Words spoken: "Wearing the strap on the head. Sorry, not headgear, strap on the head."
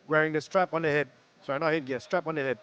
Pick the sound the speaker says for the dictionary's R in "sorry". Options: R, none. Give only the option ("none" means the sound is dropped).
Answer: none